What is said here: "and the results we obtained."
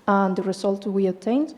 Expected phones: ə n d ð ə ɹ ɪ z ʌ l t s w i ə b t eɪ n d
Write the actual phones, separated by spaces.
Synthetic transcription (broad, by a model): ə n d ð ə ɹ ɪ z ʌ l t w i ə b t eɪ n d